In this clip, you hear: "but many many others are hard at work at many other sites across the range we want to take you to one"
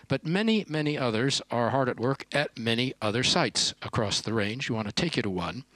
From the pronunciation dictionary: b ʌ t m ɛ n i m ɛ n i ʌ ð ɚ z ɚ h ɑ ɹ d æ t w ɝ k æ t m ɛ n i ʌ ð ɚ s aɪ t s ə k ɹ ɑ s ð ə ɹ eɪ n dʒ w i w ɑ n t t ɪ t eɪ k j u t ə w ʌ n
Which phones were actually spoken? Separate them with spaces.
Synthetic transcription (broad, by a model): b ʌ t m ɛ n i m ɛ n i ʌ ð ɚ z ɚ h ɑ ɹ d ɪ t w ɝ k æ t m ɛ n i ʌ ð ɚ s aɪ t s ə k ɹ ɑ s ð ə ɹ eɪ n dʒ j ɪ w ɑ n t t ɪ t eɪ k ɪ t ə w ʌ n